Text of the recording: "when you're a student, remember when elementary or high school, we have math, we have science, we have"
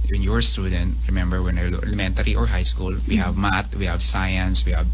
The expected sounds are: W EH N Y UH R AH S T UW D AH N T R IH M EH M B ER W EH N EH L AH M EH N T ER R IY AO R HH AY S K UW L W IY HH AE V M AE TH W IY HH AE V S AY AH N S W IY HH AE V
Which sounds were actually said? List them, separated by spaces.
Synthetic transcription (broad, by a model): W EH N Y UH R S T UW D AH N T R IH M EH M B ER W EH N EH L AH M EH N T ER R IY AO R HH AY S K UW L W IY HH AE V M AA T W IY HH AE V S AY AH N S W IY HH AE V